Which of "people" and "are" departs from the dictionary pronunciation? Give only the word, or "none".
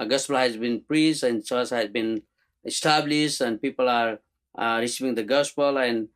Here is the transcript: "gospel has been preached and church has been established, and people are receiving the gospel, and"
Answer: none